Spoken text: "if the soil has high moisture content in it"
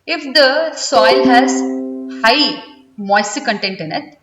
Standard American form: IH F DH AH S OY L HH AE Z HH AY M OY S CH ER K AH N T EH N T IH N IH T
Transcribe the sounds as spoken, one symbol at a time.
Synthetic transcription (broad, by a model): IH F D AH S OY L HH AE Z HH AY M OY S ER K AH N T EH N T IH N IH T